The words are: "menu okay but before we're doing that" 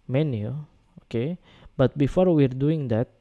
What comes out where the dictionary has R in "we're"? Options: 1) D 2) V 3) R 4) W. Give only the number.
3